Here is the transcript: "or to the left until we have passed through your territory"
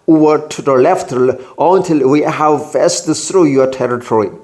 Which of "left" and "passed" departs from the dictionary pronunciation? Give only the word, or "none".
passed